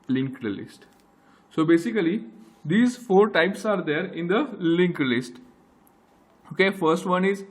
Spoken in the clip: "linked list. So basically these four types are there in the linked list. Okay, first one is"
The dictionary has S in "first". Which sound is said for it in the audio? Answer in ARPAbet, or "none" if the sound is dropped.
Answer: S